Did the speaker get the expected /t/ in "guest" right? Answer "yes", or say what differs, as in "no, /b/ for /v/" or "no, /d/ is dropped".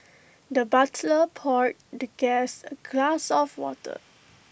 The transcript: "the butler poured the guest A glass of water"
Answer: no, /t/ is dropped